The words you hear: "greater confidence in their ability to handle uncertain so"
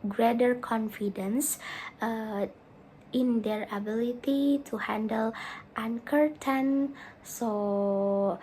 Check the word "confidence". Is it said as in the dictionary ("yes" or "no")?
yes